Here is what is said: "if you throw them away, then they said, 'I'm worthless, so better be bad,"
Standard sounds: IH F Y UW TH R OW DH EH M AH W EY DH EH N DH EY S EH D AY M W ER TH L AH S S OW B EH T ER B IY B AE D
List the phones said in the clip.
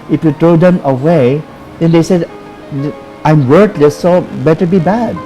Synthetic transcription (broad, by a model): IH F Y UW T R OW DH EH M AH W EY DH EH N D EY S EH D AY M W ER T L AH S S OW B EH T ER B IY B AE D